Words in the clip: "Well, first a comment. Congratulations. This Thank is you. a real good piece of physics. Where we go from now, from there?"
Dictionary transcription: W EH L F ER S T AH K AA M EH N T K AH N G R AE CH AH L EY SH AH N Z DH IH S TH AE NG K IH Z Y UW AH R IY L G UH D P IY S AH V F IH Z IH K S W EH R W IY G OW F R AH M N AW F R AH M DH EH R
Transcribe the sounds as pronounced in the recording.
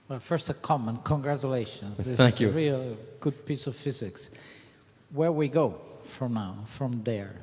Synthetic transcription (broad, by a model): W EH L F ER S T AH K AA M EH N K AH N G R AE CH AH L EY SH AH N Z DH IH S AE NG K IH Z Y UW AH R IY L G UH D P IY S AH V F IH Z IH K S W EH R W IY G OW F R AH M N AW F R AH M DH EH R